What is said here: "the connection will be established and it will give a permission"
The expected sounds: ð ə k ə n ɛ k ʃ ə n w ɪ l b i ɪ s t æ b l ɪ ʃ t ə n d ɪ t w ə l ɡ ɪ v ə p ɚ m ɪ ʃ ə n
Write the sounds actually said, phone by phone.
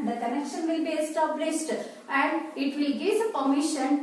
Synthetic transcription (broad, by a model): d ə k ə n ɛ k ʃ ə n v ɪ l b i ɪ s t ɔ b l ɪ s t ə n d ɪ t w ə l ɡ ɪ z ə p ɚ m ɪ ʃ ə n